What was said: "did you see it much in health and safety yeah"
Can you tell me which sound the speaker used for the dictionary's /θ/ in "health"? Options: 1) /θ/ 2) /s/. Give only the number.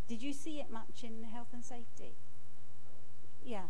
1